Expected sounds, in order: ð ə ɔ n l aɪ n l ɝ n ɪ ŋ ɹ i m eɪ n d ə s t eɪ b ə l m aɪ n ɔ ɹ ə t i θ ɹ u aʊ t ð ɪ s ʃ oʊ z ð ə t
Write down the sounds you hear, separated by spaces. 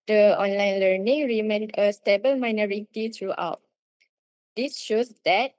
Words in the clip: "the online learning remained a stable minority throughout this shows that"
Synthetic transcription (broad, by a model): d ə ɔ n l aɪ n l ɝ n ɪ ŋ ɹ i m eɪ n d ə s t eɪ b ə l m aɪ n ɔ ɹ ə t i t ɹ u aʊ t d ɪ s ʃ oʊ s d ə t